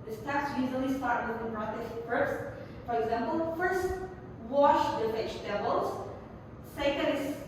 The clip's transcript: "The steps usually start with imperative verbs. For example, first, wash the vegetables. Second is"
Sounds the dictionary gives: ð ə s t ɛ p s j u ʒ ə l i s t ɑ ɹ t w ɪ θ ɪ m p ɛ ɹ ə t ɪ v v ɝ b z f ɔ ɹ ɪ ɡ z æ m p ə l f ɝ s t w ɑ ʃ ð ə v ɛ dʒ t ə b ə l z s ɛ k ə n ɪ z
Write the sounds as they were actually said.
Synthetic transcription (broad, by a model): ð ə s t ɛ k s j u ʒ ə l i s t ɑ ɹ t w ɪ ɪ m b ɹ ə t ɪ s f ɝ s f ɔ ɹ ɪ ɡ z æ m p ə l f ɝ s t w ɑ ʃ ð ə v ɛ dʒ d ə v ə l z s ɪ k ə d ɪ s